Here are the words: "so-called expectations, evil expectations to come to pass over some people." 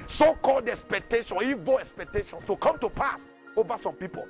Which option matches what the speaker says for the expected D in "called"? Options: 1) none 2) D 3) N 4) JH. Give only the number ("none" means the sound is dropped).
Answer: 2